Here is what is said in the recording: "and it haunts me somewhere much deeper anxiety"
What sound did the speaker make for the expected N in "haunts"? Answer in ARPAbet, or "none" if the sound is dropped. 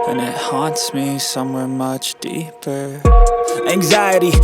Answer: N